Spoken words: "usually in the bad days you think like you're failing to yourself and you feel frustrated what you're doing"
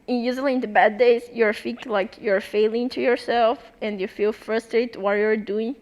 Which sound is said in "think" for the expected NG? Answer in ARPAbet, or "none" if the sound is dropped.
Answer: none